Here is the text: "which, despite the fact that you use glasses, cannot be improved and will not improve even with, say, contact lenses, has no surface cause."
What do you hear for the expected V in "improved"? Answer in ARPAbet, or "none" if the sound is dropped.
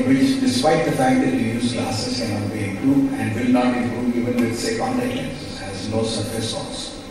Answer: none